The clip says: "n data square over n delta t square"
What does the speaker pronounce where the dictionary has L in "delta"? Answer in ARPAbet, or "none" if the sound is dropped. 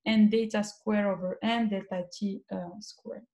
none